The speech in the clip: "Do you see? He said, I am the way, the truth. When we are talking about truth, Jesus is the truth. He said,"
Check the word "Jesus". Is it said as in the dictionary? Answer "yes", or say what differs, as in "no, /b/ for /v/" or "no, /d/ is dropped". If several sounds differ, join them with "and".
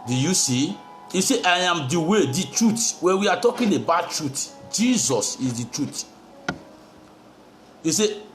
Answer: yes